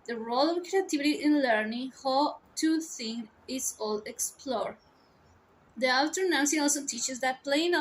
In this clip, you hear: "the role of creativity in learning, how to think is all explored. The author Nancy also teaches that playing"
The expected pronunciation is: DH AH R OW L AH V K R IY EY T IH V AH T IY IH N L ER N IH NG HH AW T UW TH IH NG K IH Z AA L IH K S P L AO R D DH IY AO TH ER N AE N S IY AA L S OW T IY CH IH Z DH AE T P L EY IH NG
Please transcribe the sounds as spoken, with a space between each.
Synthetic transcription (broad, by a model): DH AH R OW L AH V K R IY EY T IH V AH T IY IH N L ER N IH NG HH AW T UW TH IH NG IH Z AA L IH K S P L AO R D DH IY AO T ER N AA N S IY AA L S OW T IY CH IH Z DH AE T P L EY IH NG